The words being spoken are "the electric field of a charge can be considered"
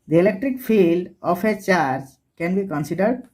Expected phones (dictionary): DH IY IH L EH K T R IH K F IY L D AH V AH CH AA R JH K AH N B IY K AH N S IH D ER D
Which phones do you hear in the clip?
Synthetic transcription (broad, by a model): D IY IH L EH K T R IH K F IY L D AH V AH CH AA R JH K AH N B IY K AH N S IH D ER D